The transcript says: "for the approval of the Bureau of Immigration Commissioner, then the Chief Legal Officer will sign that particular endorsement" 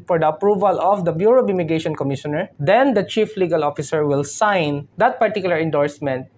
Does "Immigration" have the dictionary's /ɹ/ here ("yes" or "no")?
no